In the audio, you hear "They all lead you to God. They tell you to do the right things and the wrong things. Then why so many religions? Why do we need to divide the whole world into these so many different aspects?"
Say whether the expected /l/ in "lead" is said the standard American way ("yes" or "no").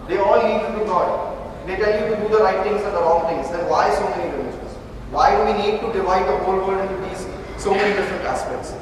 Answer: no